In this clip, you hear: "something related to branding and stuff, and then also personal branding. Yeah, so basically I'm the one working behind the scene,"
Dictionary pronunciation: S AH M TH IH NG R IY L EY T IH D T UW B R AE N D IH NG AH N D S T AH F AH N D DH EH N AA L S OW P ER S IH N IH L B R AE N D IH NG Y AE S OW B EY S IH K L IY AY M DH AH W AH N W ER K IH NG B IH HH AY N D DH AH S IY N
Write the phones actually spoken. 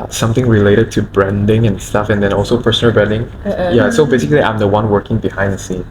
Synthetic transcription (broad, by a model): S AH M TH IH NG R IY L EY T IH D T UW B R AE N D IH NG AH N S T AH F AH N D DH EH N AA L S OW P ER S IH N IH L B R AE N D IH NG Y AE S OW B EY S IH K L IY AY M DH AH W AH N W ER K IH NG B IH HH AY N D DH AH S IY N